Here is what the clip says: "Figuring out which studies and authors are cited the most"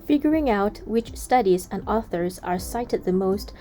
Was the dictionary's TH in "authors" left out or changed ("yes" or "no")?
no